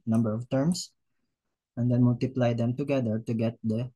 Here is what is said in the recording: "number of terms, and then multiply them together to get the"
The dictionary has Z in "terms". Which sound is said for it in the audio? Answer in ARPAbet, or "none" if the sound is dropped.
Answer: S